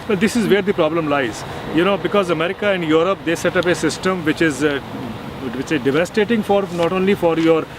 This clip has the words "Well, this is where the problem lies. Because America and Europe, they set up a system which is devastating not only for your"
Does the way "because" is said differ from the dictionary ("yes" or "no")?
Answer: no